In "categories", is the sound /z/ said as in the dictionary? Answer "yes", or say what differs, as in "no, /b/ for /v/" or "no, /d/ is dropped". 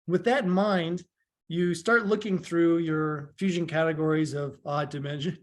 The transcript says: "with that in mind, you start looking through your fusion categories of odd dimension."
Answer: yes